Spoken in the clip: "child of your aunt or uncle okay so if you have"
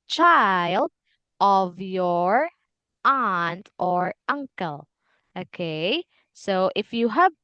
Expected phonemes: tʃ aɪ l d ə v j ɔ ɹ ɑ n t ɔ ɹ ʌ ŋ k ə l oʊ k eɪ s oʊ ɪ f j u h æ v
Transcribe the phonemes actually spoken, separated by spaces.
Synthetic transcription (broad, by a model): tʃ aɪ l d ə v j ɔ ɹ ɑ n t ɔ ɹ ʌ ŋ k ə l oʊ k eɪ s oʊ ɪ f j u h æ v